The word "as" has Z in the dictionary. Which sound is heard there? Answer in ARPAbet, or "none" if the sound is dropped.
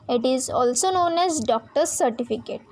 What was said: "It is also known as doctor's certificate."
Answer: Z